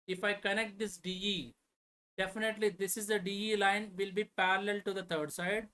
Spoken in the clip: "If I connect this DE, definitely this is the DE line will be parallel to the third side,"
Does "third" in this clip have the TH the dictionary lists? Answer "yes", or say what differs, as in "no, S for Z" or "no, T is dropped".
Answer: no, T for TH